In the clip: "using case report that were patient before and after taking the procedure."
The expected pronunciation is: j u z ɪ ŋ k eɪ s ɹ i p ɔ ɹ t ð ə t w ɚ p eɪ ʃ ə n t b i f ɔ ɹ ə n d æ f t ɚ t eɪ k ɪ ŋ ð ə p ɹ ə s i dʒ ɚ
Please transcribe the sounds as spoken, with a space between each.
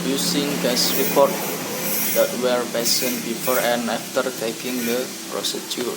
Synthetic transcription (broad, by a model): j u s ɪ ŋ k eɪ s ɹ i p ɔ ɹ t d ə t w ɚ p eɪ s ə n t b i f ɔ ɹ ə n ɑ f t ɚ t eɪ k ɪ ŋ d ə p ɹ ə s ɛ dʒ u